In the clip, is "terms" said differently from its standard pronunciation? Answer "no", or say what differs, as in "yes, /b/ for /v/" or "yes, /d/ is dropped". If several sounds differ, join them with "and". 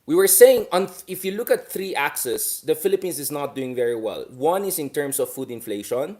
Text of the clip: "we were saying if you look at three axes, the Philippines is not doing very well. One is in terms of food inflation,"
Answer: yes, /s/ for /z/